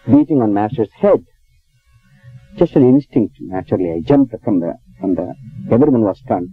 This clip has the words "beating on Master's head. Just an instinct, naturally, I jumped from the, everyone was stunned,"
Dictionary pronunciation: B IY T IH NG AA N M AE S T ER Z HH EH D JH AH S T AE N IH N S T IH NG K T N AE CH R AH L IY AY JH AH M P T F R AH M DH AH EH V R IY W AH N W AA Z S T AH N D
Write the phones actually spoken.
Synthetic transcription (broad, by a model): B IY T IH NG AA N M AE S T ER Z HH EH D JH AH S T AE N IH N S T IH NG K T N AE CH R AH L IY AY JH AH M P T F R AH M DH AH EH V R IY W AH N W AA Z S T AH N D